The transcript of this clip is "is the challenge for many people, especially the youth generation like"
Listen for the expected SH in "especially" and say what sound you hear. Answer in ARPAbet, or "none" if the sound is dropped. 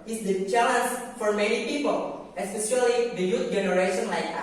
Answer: S